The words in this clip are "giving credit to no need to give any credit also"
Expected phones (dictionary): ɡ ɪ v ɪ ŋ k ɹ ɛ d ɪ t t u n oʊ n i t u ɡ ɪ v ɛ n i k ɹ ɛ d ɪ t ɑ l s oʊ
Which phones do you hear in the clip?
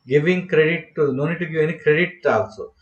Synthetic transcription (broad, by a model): ɡ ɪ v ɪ ŋ k ɹ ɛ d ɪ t t u n oʊ n i t u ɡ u ɛ n i k ɹ ɛ d ɪ t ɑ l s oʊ